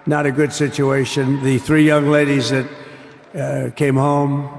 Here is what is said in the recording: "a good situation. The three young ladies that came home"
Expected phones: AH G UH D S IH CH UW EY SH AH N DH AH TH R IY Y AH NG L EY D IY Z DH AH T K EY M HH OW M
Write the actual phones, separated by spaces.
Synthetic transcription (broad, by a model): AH G UH D S IH CH UW EY SH AH N DH AH TH R IY Y AH NG L EY D IY Z DH AH T K EY M HH OW M